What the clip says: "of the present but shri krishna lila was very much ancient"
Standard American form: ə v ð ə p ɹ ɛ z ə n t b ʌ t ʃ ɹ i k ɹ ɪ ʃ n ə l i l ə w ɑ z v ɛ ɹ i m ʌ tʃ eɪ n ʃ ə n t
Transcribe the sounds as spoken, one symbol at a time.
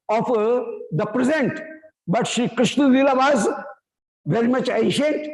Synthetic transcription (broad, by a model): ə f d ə p ɹ ɛ z ə n t b ʌ t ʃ i k ɹ ɪ ʃ n ə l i l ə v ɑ z v ɛ ɹ i m ʌ tʃ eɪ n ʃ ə n t